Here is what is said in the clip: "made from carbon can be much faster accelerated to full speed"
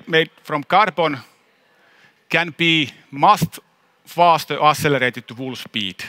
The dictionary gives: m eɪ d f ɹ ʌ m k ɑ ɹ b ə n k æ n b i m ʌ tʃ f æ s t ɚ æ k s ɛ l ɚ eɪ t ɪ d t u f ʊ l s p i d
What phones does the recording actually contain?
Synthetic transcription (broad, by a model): m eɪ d f ɹ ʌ m k ɑ ɹ b ə n k æ n b i m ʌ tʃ f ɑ s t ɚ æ s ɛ l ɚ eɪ t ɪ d t u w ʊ l s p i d